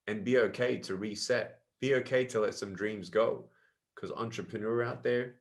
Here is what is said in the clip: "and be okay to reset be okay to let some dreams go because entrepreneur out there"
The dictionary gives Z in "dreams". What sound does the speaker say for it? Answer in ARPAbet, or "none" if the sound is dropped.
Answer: Z